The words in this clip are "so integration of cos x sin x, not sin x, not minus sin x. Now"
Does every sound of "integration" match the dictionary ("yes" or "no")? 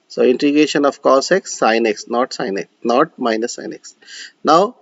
no